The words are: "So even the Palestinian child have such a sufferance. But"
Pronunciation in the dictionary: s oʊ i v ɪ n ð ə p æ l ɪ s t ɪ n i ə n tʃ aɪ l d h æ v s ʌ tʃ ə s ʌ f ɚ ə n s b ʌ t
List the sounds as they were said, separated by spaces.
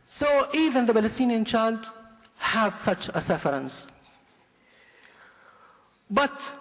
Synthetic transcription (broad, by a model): s oʊ i v ɪ n ð ə b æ l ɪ s t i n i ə n tʃ aɪ l d h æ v s ʌ tʃ ə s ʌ f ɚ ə n s b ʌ t